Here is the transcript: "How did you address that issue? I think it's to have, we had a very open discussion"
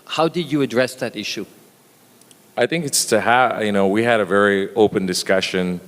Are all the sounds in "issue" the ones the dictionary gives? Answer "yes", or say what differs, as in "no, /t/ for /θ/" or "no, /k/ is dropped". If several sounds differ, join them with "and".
yes